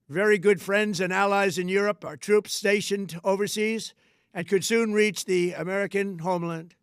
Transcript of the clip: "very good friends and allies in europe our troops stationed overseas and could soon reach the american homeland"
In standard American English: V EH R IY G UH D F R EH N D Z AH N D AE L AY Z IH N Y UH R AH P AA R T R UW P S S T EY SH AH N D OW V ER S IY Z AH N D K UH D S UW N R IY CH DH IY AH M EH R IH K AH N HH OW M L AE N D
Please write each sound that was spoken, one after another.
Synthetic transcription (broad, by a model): V EH R IY G UH D F R EH N D Z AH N AE L AY Z IH N Y UH R AH P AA R T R UW P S S T EY SH AH N D OW V ER S IY Z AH N K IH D S UW N R IY CH DH IY AH M EH R IH K AH N HH OW M L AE N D